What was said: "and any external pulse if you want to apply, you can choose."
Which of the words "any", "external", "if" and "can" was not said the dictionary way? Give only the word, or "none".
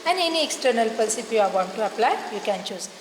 if